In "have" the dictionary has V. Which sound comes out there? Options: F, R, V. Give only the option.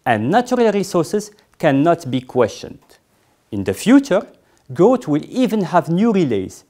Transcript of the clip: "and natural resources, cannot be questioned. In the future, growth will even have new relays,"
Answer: V